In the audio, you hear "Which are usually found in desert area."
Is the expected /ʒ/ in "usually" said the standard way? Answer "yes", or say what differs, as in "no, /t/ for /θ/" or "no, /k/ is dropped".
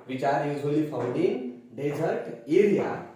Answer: no, /z/ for /ʒ/